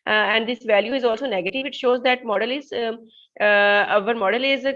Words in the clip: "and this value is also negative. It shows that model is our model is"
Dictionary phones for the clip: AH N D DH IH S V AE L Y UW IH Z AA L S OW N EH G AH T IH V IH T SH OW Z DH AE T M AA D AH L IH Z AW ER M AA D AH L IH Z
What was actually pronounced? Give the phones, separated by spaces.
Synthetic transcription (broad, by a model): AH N D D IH S V AE L Y UW IH Z AA L S OW N EH G AH T IH V IH T SH OW Z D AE T M AA D AH L IH Z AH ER M AA D AH L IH Z